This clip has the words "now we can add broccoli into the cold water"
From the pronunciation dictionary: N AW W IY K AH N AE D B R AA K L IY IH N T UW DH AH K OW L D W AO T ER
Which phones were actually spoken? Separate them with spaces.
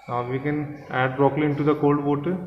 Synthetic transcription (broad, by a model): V IY K AH N AE D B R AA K L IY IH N T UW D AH K OW L D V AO T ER